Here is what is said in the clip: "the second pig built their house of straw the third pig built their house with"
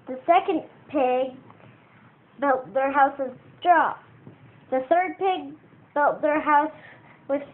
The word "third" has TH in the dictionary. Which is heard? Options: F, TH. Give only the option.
TH